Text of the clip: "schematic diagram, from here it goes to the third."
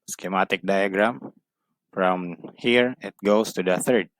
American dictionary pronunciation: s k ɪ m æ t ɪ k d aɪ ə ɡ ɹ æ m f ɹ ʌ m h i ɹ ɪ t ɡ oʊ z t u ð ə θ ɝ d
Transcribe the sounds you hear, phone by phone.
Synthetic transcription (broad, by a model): s k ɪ m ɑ t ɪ k d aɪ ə ɡ ɹ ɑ m f ɹ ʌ m h i ɹ ɪ t ɡ oʊ s t u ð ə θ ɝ d